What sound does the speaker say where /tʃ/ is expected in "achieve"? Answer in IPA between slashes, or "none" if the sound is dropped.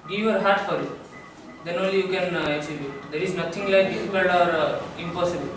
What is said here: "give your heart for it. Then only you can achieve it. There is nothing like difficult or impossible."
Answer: /s/